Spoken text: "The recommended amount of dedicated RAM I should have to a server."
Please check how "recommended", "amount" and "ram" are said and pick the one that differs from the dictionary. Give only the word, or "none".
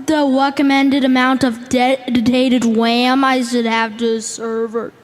ram